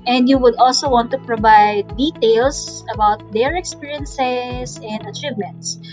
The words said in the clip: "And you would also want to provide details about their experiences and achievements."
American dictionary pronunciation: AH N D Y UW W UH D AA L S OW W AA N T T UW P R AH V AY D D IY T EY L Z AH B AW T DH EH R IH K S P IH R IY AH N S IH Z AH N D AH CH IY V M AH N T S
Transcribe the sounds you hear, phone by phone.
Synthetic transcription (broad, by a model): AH N D Y UW W UH D AA L S OW W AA N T T UW P R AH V AY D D IY T EY L S AH B AW T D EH R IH K S P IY R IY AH N S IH S AH N D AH CH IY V M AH N T S